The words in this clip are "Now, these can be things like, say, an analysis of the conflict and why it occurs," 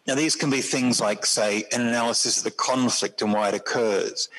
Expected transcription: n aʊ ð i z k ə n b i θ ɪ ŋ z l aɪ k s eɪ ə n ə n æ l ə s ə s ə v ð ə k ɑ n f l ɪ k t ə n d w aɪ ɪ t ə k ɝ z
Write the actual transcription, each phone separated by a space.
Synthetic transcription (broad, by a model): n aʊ ð i z k ə n b i θ ɪ ŋ z l aɪ k s eɪ ə n ə n æ l ə s ə s ə v ð ə k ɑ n f l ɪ k t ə n w aɪ ɪ t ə k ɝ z